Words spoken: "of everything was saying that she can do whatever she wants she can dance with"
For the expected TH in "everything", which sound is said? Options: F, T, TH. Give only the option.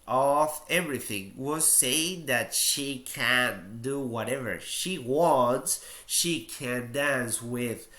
TH